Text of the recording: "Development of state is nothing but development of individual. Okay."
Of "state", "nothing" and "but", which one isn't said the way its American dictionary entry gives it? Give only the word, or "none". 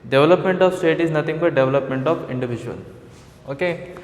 nothing